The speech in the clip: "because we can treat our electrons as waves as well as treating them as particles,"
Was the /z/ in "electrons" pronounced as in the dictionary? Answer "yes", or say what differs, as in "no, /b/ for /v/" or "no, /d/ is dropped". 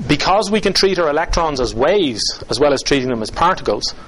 yes